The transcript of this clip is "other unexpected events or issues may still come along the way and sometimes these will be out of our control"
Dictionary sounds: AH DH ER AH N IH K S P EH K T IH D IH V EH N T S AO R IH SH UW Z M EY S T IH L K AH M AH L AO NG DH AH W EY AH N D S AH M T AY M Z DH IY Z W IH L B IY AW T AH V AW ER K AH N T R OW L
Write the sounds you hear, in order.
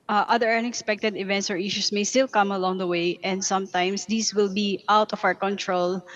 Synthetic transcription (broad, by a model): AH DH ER AH N IH K S P EH K T IH D IH V EH N T S AO R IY SH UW S M EY S T IH L K AH M AH L AO NG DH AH W EY AH N D S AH M T AY M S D IY S W IH L B IY AW T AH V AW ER K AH N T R OW L